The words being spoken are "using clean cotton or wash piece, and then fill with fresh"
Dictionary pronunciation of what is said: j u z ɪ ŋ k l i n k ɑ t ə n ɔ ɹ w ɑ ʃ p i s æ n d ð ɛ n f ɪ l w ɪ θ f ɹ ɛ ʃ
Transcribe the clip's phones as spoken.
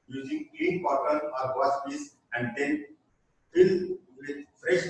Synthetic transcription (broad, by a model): j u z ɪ ŋ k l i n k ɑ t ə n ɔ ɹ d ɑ s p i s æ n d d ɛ n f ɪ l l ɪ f ɹ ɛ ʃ